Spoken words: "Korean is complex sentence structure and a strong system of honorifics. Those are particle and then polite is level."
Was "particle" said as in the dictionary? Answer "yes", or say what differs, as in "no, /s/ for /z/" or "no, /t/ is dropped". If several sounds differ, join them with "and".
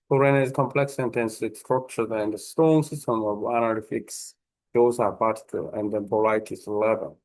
no, /k/ is dropped